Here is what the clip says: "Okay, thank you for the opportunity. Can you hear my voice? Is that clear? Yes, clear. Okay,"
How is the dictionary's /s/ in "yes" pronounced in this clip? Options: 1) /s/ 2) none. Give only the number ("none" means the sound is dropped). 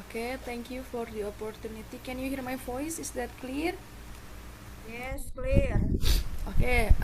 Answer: 1